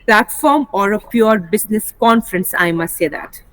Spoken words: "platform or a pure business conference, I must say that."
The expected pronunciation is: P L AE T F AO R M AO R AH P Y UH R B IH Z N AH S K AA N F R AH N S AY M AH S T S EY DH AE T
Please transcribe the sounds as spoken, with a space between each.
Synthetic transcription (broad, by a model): P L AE T F AO R M AO R AH P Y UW R B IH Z N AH S K AA N F R AH N S AY M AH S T S EY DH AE T